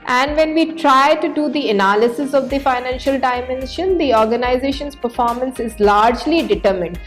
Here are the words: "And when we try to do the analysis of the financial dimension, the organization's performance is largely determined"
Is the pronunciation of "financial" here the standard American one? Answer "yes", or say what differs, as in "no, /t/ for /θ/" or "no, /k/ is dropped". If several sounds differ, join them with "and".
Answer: yes